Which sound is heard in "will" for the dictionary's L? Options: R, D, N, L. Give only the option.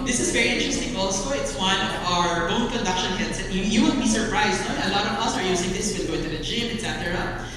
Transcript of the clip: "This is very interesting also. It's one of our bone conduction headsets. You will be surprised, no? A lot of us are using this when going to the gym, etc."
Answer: N